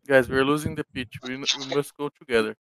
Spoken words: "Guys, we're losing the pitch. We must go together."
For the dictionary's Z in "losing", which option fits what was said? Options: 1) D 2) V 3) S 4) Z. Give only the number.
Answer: 4